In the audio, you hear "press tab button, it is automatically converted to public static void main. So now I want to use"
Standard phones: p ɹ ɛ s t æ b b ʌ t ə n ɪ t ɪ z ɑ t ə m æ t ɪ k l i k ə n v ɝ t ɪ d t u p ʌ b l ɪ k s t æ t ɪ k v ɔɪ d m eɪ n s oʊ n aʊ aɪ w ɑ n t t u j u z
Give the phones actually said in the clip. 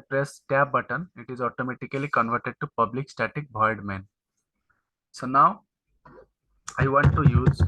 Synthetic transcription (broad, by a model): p ɹ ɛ s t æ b b ʌ t ə n ɪ t ɪ z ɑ t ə m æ t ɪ k l i k ə n v ɝ t ɪ d t u p ʌ b l ɪ k s t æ t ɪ k b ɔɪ d m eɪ n s oʊ n aʊ aɪ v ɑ n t t u j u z